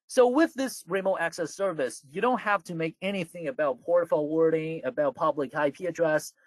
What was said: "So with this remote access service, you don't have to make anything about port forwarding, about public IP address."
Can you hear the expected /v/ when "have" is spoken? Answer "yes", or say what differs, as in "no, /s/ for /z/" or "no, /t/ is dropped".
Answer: no, /f/ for /v/